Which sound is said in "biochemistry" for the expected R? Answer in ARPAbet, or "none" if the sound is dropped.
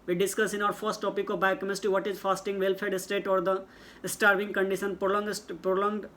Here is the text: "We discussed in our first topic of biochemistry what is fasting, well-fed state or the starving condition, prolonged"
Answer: none